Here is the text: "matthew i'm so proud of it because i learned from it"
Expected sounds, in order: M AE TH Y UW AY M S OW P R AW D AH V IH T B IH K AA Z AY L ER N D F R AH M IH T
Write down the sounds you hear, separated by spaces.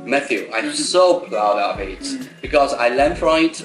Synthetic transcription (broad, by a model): M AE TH Y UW AY S OW P L AW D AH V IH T B IH K AA Z AY L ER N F R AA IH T